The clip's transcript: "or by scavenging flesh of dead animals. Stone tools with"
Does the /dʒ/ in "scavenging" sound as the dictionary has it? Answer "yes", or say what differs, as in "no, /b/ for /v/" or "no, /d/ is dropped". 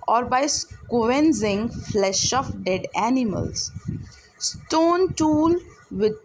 no, /z/ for /dʒ/